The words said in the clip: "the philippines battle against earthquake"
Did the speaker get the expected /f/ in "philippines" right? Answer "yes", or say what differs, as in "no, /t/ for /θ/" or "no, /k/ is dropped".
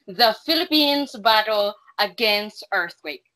yes